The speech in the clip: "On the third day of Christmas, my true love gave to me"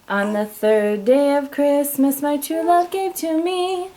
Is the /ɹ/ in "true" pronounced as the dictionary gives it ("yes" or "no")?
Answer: no